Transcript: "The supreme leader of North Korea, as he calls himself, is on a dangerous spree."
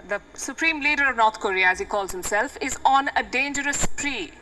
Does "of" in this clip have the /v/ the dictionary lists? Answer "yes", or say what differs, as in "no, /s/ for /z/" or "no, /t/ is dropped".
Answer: yes